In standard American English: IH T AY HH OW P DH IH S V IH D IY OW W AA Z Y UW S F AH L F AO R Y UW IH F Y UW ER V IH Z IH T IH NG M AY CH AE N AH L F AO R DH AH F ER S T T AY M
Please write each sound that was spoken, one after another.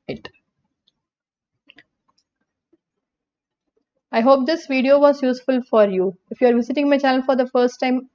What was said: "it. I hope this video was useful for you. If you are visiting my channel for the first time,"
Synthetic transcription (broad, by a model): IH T AY HH OW P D IH S V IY D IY OW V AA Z Y UW S F AH L F AO R Y UW IH F Y UW ER V IH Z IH T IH NG M AY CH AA AH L F AO R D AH F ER S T T AY M